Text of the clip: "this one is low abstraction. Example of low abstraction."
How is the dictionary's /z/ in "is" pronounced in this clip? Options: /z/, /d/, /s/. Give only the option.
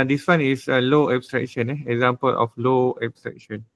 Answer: /s/